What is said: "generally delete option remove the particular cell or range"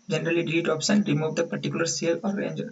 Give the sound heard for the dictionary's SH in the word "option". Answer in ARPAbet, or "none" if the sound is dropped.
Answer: S